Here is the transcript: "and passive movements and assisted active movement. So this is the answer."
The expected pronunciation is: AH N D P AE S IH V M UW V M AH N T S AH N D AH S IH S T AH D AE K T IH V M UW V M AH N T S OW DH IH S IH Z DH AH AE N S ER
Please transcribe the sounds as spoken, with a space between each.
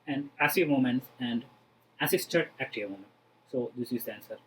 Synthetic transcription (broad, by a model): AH N D P AE S IH V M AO M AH N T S AH N D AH S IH S T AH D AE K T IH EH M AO M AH N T S OW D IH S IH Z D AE N S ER